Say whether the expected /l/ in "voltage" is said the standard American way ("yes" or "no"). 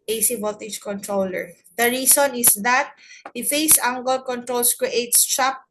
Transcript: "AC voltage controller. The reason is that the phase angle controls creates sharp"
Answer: no